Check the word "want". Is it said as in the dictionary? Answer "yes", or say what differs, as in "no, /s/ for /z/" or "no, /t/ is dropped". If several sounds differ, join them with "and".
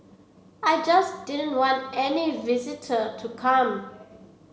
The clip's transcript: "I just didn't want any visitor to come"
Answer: yes